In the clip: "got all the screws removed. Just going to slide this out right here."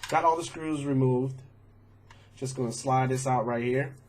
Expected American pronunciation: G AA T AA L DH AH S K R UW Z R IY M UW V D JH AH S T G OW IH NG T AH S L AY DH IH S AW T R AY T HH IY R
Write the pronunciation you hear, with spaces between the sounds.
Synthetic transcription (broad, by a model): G AA T AA L DH AH S K R UW Z R IY M UW V D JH AH S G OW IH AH S L AY DH IH S AW T R AY T HH IY R